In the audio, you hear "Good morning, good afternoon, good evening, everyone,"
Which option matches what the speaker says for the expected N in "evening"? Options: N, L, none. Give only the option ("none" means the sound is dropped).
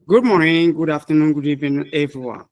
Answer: none